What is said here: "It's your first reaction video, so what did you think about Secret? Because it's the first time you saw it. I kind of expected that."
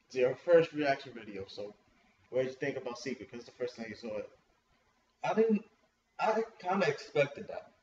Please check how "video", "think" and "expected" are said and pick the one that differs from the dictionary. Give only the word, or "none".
none